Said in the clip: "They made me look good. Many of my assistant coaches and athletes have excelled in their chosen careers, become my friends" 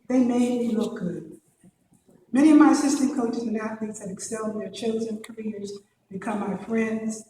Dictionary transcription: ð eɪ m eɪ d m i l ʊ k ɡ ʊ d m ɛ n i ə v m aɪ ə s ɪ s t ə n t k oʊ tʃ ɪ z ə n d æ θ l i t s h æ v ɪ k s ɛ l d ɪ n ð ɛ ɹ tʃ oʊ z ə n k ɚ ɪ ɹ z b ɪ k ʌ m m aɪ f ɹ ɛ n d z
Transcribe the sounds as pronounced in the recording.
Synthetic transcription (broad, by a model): ð eɪ m eɪ d m i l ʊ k ɡ ʊ d m ɛ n i ə v m aɪ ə s ɪ s t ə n k oʊ tʃ ɪ z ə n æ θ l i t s h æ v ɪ k s ɛ l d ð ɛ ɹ tʃ oʊ z ə n k ɚ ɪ ɹ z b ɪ k ʌ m m aɪ f ɹ ɛ n d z